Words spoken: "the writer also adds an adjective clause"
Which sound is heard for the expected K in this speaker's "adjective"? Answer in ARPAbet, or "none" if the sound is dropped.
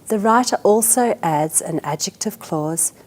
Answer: K